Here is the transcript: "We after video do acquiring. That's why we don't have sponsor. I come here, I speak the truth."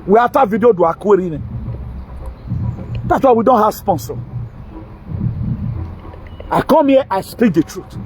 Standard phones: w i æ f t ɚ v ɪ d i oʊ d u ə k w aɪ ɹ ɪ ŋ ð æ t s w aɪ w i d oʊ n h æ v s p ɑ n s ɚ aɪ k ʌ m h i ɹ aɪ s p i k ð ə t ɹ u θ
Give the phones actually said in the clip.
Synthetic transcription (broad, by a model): w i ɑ t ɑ v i d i oʊ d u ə k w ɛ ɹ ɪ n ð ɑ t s w aɪ w i d oʊ n h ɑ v s p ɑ n s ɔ aɪ k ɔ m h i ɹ aɪ s p i k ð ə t ɹ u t